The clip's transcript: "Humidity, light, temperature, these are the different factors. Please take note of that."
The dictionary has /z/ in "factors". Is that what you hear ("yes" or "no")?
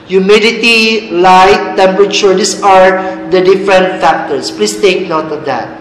no